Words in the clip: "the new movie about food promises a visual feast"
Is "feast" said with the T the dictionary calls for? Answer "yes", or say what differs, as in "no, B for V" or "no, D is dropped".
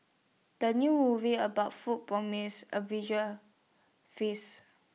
no, T is dropped